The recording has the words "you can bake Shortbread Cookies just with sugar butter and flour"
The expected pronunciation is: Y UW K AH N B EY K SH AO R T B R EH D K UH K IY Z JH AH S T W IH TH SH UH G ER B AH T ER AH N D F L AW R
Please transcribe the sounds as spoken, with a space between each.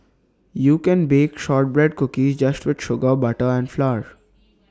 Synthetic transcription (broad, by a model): Y UW K AH N B EY K SH AO R T B R EH D K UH K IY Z JH AH S T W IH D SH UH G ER B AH T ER AH N D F L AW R